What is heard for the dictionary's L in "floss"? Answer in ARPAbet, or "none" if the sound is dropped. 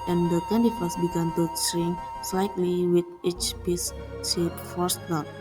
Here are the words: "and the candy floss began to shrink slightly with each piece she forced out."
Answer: none